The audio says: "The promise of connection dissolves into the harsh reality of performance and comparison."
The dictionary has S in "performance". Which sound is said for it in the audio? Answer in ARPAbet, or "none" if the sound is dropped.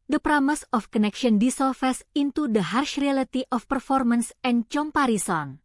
S